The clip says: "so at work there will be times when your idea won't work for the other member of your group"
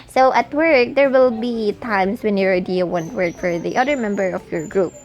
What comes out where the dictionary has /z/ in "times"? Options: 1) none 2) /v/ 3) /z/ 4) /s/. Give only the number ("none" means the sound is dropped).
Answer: 4